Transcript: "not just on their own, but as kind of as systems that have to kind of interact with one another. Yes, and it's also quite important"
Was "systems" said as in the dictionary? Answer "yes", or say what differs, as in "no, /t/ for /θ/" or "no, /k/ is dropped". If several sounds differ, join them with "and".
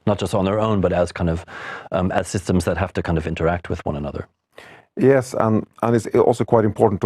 yes